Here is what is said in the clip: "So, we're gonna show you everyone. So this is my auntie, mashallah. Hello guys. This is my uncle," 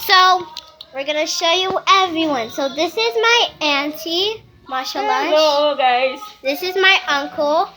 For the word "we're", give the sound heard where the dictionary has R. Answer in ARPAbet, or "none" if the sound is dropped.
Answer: R